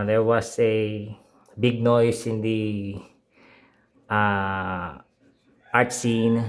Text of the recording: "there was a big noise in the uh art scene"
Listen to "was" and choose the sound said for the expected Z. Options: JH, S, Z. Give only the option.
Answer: S